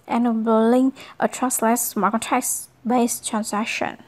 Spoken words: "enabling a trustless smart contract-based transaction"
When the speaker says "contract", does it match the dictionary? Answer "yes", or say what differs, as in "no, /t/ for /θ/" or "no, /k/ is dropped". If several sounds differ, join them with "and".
no, /ɹ/ is dropped